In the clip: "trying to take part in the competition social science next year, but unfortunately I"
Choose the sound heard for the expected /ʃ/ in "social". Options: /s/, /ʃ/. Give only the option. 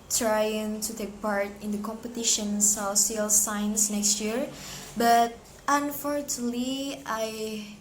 /s/